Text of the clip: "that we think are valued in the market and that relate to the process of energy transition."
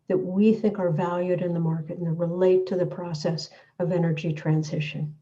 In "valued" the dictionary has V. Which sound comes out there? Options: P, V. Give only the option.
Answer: V